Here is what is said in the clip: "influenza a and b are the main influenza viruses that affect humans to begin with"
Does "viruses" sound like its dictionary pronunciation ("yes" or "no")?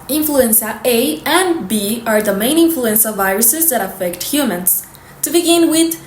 yes